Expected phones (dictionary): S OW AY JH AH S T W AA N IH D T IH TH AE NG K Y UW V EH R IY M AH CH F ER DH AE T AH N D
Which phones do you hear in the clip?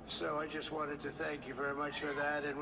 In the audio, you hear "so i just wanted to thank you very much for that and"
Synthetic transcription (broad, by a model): S OW AY JH AH S T W AA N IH D T IH TH AE NG K Y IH V EH R IY M AH CH F ER DH AE T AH N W